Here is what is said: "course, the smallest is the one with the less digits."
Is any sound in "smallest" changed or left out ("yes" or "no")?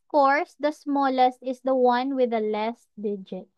no